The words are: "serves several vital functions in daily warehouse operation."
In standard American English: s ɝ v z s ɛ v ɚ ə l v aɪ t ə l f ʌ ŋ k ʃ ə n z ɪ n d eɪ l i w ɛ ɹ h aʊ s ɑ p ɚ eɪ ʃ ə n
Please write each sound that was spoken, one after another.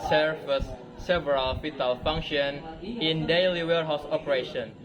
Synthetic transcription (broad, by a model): s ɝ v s s ɛ v ɚ ə l f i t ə l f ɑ ŋ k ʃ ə n ɪ n d eɪ l i w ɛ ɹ h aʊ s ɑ p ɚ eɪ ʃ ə n